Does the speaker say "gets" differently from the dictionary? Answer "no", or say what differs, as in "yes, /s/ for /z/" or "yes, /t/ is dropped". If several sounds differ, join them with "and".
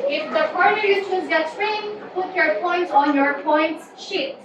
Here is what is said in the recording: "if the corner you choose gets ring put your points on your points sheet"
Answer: yes, /s/ is dropped